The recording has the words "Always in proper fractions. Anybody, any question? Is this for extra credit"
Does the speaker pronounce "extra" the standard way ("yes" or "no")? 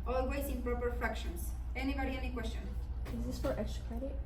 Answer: no